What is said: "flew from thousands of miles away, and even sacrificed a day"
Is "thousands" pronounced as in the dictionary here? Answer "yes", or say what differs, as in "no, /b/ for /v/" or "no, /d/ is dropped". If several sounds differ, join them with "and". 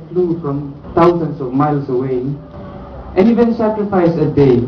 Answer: no, /t/ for /θ/ and /s/ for /z/